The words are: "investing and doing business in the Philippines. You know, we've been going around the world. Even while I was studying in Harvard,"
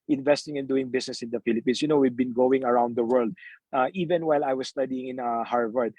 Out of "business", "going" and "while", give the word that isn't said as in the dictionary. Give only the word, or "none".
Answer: business